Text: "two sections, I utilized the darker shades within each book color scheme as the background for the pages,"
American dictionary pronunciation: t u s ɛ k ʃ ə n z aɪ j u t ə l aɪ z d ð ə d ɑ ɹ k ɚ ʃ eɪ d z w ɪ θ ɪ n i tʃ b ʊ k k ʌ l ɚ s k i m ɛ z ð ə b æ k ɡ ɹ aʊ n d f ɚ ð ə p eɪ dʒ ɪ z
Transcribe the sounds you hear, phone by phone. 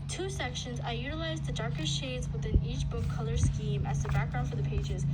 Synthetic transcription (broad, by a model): t u s ɛ k ʃ ə n z aɪ j u t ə l aɪ z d ð ə d ɑ ɹ k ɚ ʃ eɪ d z w ɪ θ ɪ n i tʃ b ʊ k k ʌ l ɚ s k i m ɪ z ð ə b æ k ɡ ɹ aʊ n f ɚ ð ə p eɪ dʒ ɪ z